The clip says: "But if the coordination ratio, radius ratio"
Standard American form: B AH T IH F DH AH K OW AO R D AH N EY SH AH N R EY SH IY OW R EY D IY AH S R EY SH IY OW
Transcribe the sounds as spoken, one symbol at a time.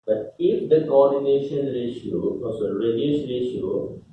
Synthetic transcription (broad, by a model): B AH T IH F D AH K OW AO R D AH N EY SH AH N R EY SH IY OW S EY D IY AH SH R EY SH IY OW